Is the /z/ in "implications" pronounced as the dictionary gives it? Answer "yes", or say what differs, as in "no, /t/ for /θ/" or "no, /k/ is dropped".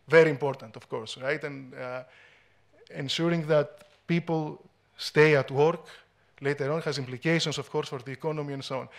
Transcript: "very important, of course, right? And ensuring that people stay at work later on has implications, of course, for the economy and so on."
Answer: no, /s/ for /z/